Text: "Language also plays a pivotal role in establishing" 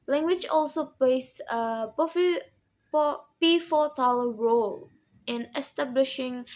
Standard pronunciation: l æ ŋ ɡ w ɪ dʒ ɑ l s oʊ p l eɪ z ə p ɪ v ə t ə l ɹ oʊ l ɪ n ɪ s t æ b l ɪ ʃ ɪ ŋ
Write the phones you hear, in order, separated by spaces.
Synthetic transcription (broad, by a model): l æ ŋ ɡ w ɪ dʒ ɑ l s oʊ p l eɪ s ə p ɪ f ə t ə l ɹ oʊ l ɪ n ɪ s t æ b l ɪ ʃ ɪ ŋ